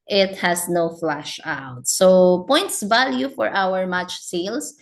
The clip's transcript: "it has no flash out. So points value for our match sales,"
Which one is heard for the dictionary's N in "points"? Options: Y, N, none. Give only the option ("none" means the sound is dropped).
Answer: N